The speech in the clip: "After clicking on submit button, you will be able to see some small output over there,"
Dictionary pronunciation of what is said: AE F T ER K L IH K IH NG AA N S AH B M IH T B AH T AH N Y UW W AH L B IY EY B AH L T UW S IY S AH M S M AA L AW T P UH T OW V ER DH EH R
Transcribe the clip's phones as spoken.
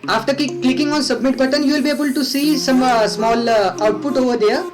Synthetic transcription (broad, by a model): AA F T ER K L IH K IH NG AA N S AH B M IH T B AH T AH N Y UW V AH L B IY EY B AH L T UW S IY S AH M S M AA L AW T P UH T OW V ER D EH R